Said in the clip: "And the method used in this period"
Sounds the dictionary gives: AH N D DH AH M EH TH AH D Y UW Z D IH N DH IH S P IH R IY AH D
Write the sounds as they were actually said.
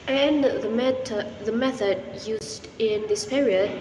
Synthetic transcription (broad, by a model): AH N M DH AH M EH TH AH D Y UW Z D IH N DH IH S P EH R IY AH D